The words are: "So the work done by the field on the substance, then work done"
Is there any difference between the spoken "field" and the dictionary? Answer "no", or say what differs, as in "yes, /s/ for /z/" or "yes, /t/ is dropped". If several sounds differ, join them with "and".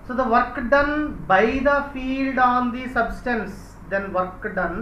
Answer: no